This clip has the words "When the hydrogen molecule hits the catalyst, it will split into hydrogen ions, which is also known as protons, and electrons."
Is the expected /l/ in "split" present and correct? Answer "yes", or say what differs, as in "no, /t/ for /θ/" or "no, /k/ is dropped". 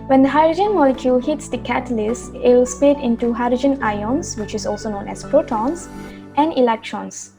no, /l/ is dropped